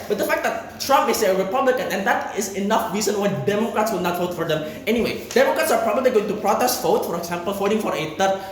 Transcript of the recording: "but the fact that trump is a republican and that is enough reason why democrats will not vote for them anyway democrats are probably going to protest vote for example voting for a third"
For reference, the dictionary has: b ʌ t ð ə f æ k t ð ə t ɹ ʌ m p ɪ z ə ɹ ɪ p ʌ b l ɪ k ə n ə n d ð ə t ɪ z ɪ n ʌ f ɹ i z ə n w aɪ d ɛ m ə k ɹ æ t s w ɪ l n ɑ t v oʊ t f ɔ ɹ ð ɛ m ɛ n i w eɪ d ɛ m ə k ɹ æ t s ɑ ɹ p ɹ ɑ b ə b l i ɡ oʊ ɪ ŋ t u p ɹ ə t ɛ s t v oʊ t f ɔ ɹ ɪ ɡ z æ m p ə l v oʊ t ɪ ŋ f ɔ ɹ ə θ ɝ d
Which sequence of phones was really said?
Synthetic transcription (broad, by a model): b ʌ t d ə f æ k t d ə t ɹ ʌ m p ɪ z ə ɹ ɪ p ʌ b l ɪ k ə n ə n d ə t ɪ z ɪ n ʌ f ɹ i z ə n w aɪ d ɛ m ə k ɹ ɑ t s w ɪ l n ɑ t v oʊ t f ɔ ɹ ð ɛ m ɛ n i w eɪ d ɛ m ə k ɹ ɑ t s ɑ ɹ p ɹ ɑ b ə b l i ɡ oʊ ɪ ŋ t u p ɹ ə t ɛ s t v oʊ t f ɔ ɹ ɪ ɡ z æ m p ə l f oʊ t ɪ ŋ f ɔ ɹ ə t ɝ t